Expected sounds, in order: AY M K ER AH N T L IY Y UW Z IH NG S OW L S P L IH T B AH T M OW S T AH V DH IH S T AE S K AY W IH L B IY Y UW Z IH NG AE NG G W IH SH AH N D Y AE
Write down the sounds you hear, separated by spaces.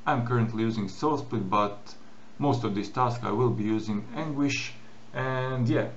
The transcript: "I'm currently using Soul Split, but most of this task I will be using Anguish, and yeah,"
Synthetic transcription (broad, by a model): AY M K ER AH N T L IY Y UW Z IH NG S OW L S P IH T B AH T M OW S T AH V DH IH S T AE S K AY W IH L B IY Y UW Z IH NG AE NG G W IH SH AH N D Y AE